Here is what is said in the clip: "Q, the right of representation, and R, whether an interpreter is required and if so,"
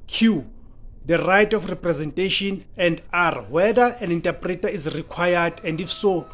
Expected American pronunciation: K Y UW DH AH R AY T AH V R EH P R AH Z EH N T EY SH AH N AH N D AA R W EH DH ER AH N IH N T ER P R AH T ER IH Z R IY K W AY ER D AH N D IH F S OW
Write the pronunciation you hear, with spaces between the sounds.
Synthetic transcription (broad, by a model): K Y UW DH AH R AY T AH F R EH P R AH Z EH N T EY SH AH N AH N D AA R W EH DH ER AH N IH N T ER P R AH T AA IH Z R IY K W AY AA D AH N D IH F S OW